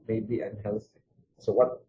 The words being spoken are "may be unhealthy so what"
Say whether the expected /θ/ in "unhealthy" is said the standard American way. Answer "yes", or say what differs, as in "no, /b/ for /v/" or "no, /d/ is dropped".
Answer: no, /s/ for /θ/